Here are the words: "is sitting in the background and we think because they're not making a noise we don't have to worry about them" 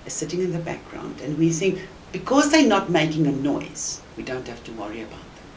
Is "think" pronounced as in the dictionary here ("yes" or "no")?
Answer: no